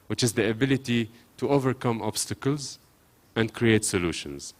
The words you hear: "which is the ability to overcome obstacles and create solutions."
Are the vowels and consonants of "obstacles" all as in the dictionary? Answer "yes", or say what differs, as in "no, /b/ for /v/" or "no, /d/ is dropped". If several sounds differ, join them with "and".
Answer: yes